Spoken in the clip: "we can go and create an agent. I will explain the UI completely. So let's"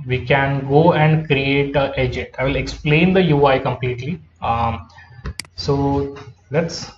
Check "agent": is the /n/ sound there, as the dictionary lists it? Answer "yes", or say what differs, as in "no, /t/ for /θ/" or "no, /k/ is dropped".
no, /n/ is dropped